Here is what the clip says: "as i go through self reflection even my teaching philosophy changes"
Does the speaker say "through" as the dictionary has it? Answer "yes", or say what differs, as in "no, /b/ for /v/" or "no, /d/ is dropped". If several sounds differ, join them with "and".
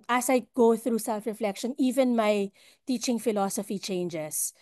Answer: yes